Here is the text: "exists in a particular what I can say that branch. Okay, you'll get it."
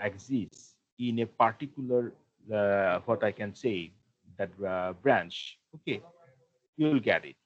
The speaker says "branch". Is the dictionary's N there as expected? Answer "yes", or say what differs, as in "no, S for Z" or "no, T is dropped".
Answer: yes